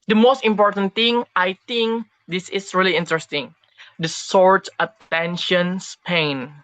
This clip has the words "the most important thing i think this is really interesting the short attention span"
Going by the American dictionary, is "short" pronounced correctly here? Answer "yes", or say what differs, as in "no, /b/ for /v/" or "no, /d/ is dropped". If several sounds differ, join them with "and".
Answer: no, /s/ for /ʃ/